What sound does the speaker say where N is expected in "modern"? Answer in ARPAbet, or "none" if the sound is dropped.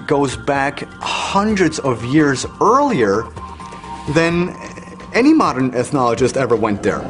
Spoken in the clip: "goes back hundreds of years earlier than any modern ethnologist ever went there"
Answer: N